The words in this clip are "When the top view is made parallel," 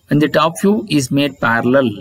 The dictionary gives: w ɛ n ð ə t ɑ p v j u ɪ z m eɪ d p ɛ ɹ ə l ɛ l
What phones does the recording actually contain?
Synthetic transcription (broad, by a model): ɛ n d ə t ɑ p f j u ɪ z m eɪ d p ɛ ɹ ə l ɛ l